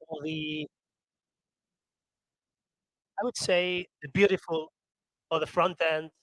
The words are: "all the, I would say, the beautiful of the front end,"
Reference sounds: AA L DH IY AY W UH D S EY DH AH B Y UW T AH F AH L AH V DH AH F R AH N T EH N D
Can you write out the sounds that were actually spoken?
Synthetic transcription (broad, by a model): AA DH IY AY W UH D S EY DH AH B Y UW T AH F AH L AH DH AH F R AH N T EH N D